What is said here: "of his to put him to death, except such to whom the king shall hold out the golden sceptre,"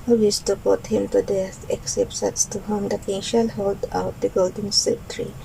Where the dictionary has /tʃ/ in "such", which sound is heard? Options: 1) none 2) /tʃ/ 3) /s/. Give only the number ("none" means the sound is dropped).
3